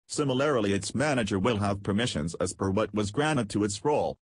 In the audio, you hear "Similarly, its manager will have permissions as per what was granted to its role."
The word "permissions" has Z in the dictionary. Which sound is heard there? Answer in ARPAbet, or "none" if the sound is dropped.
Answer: Z